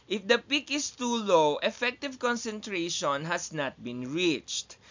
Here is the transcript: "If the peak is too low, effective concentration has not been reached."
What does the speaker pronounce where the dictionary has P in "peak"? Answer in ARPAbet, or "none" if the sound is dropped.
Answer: P